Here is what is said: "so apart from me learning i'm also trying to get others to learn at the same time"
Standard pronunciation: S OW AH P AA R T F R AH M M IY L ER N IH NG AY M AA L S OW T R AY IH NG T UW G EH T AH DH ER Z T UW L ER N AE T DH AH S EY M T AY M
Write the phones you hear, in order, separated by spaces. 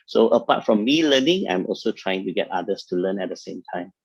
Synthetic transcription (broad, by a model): S OW AH P AA T F R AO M M IY L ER N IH NG AY M AA L S OW T R AY IH NG T UW G EH T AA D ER S T UW L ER N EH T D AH S EY M T AY M